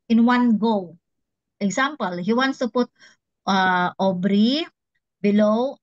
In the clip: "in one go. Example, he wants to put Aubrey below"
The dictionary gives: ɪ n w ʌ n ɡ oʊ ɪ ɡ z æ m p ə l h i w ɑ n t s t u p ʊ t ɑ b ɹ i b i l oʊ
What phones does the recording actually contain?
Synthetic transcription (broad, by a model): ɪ n w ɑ n ɡ oʊ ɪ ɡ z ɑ m p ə l h i w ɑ n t s t u p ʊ t ɑ b ɹ i b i l oʊ